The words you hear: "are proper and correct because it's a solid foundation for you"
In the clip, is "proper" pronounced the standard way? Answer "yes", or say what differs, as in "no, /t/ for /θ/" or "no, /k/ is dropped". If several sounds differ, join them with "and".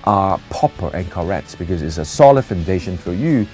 no, /ɹ/ is dropped